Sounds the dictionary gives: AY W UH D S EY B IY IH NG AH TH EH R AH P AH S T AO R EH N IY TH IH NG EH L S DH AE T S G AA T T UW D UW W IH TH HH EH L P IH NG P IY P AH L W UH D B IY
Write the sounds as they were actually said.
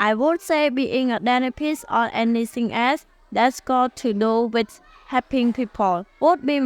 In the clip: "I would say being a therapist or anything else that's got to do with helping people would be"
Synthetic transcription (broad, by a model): AY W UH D S EY B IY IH NG AH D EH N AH P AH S AO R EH N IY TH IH NG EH S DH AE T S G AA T T UW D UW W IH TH HH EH P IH NG P IY P AH L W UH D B IY